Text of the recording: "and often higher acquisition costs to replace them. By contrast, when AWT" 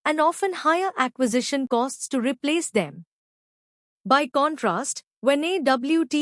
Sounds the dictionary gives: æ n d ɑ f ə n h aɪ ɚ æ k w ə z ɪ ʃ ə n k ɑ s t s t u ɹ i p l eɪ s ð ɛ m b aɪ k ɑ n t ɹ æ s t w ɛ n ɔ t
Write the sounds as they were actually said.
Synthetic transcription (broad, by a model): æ n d ɑ f ə n h aɪ ɚ æ k w ə z ɪ ʃ ə n k ɑ s t s t u ɹ i p l eɪ s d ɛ m b aɪ k ɑ n t ɹ æ s t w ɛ n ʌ t